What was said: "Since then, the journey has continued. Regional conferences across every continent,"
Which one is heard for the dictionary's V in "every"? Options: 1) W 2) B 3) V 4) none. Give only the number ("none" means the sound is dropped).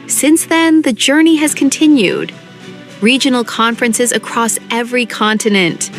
3